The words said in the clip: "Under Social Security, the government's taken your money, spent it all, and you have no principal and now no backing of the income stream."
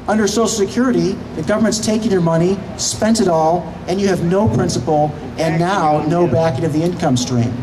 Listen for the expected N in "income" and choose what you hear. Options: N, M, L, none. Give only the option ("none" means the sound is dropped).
N